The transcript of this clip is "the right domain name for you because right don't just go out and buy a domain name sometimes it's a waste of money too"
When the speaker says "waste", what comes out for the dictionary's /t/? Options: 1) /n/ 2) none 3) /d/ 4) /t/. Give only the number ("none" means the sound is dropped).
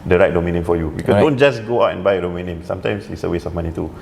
2